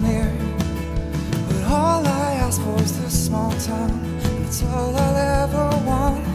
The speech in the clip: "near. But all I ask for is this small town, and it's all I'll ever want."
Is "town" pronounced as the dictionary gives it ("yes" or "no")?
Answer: no